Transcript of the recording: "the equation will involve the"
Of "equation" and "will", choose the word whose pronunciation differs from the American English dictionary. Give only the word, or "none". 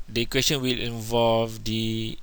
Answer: equation